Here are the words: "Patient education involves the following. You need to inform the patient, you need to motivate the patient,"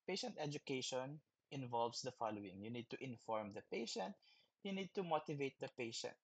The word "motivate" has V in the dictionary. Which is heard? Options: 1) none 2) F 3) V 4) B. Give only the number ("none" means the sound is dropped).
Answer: 3